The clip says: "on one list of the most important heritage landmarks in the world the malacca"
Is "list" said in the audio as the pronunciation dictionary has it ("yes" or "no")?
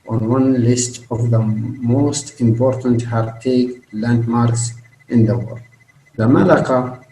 yes